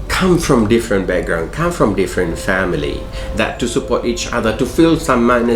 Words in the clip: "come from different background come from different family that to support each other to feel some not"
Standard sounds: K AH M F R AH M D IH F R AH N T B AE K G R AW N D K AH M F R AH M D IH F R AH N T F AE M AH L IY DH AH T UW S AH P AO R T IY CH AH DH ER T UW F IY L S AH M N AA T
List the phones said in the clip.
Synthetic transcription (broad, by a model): K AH M F R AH M D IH F R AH N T B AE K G R AW N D K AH M F R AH M D IH F R AH N T F AE M AH L IY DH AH T UW S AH P AO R T IY CH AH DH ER T UW F IY L S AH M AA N